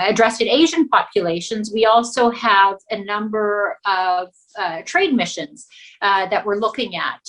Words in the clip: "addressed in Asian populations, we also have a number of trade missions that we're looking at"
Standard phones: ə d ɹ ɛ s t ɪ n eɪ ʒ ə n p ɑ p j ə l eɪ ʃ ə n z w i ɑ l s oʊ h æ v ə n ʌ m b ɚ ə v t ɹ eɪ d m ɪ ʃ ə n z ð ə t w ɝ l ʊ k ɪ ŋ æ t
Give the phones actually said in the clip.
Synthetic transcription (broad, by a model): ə d ɹ ɛ s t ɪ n eɪ ʒ ə n p ɑ p j ə l eɪ ʃ ə n z w i ɑ l s oʊ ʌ v ə n ʌ m b ɚ ə v t ɹ eɪ d m ɪ ʃ ə n z ð ə t w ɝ l ʊ k ɪ ŋ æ t